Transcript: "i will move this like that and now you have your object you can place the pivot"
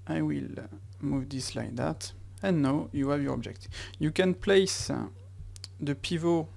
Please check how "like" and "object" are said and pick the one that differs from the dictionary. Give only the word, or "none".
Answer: none